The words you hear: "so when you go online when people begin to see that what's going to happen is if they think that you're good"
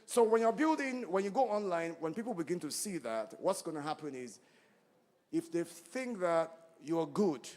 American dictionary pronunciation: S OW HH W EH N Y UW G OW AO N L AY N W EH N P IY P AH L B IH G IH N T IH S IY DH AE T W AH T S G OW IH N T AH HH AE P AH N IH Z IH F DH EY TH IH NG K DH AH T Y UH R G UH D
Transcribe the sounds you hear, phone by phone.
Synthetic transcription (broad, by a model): S OW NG W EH N Y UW G OW AO N L AY N W EH N P IY P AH L B IH G IH N T IH S IY DH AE T W AH T S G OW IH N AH HH AE P AH N IH Z IH F DH EY TH IH NG K DH AH T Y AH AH G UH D